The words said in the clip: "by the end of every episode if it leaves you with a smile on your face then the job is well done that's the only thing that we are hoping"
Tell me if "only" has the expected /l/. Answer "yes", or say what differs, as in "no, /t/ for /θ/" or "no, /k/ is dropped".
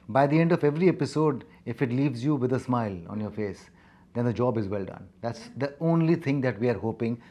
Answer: yes